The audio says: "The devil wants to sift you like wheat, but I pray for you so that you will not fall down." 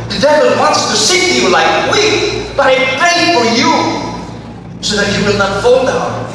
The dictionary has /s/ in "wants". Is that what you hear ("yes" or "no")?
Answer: yes